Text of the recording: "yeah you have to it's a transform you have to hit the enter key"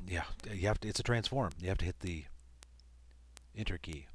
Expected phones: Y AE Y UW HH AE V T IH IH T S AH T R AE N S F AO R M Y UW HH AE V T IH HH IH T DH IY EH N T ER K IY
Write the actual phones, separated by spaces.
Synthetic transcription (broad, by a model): Y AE Y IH HH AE F T IH IH T S AH T R AE N S F AO R M Y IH HH AE F T IH HH IH T DH IY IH N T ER K IY